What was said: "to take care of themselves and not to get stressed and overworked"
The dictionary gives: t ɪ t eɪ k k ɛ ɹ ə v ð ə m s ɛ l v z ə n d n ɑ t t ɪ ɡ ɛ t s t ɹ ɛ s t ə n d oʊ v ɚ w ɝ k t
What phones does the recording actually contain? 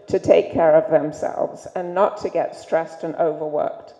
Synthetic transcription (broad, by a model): t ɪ t eɪ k k ɛ ɹ ə v ð ə m s ɛ l v z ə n n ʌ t t ɪ ɡ ɛ t s t ɹ ɛ s t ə n oʊ v ɚ w ɝ k t